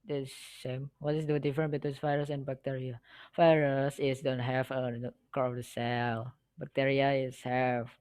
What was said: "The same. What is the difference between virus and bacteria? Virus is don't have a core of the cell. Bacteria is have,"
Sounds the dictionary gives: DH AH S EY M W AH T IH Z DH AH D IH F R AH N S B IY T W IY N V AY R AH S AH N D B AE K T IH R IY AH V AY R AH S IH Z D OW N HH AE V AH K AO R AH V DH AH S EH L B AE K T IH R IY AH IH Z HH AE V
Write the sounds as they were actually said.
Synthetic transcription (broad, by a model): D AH S EY M W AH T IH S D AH D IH F R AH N B IY T W IY N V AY R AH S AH N B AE K T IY R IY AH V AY R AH S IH S D OW N HH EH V AH K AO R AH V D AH S EH L B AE K T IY R IY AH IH S HH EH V